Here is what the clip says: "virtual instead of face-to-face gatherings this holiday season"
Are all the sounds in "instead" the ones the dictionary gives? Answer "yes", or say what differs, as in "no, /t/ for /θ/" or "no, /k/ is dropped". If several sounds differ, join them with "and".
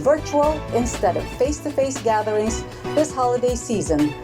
yes